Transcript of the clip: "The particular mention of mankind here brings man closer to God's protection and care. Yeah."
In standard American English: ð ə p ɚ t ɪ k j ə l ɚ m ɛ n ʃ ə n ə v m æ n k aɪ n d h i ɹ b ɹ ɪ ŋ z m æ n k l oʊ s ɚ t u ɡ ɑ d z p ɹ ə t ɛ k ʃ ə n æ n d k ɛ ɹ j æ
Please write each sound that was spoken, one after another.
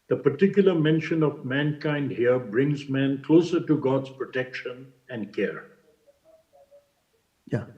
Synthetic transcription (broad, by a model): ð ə p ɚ t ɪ k j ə l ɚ m ɛ n ʃ ə n ə v m æ n k aɪ n d h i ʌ b ɹ ɪ ŋ z m æ n k l oʊ s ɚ t u ɡ ɑ d z p ɹ ə t ɛ k ʃ ə n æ n d k ɛ ɹ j